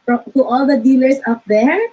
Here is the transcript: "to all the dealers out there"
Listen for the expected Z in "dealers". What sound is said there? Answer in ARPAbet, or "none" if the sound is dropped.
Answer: S